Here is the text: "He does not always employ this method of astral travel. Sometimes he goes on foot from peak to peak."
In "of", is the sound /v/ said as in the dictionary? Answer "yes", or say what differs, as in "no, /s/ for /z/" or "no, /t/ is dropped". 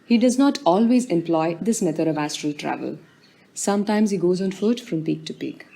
yes